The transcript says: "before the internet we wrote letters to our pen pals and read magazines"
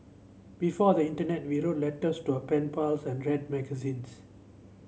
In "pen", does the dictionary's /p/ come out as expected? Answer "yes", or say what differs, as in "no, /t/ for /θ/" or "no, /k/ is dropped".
yes